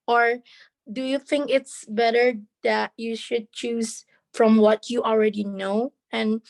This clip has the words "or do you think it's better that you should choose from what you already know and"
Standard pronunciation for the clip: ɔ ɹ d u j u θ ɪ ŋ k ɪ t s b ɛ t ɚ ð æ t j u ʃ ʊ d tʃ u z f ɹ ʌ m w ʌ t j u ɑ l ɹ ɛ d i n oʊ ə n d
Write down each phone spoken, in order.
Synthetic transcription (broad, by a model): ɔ ɹ d u j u θ ɪ ŋ k ɪ t s b ɛ t ɚ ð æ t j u ʃ ʊ d tʃ u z f ɹ ʌ m w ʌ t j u ɑ l ɹ ɛ d i n oʊ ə n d